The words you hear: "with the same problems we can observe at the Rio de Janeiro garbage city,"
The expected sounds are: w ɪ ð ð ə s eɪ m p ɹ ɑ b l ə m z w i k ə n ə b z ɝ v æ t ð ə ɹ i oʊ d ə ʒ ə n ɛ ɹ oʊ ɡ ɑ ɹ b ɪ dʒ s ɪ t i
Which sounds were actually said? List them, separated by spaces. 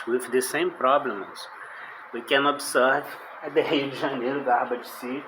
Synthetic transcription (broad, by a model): w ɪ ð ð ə s eɪ m p ɹ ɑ b l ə m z w i k ə n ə b s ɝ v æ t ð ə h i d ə ʒ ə n ɛ ɹ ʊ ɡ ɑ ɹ b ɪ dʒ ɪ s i